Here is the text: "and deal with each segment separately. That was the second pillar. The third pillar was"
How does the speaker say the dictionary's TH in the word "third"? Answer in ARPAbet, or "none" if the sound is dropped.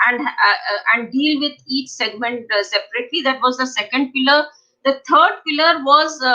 T